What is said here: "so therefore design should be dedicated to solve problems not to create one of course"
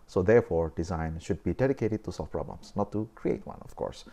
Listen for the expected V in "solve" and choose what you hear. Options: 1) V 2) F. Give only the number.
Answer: 2